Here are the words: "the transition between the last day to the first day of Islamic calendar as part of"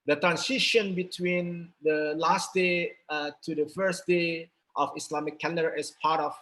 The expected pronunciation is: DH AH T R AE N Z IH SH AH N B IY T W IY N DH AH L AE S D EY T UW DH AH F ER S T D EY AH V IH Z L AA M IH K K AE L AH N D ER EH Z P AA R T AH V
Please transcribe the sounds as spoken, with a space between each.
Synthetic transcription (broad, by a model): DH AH T R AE N S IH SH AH N B IY T W IY N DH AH L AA S D EY T UW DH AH F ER S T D EY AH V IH S L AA M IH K K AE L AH D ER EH S P AA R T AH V